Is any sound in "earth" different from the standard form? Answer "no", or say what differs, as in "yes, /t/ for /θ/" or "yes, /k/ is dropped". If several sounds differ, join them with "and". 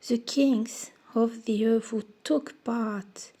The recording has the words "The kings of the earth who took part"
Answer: yes, /f/ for /θ/